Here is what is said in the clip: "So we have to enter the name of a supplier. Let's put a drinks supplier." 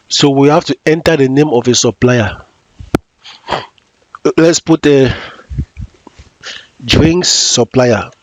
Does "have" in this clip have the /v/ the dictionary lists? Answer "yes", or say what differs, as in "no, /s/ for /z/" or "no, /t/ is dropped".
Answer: no, /f/ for /v/